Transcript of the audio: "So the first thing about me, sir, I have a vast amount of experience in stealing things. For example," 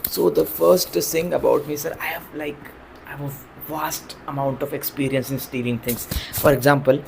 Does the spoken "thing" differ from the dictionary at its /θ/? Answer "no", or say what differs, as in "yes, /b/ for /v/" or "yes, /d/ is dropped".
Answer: yes, /s/ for /θ/